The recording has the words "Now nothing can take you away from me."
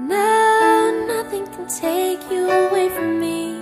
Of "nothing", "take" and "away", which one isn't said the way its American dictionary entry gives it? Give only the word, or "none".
none